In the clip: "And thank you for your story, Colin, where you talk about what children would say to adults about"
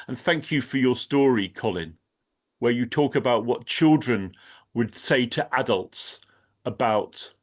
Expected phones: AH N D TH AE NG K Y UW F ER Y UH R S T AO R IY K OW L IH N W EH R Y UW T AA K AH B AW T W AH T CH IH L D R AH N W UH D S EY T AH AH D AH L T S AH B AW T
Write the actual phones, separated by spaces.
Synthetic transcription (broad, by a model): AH N TH AE NG K Y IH F ER Y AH R S T AO R IY K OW L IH N W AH R Y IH T AA K AH B AW T W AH T CH IH L D R AH N W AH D S EY T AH AH D AH L T S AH B AW T